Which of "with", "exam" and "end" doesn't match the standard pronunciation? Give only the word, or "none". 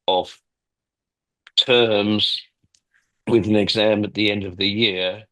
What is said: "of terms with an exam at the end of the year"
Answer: none